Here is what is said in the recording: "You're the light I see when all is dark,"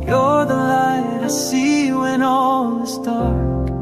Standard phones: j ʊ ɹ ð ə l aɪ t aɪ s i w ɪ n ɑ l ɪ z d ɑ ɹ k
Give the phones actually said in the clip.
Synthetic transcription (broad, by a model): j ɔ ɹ ð ə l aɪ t aɪ s i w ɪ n ɑ l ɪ s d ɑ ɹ k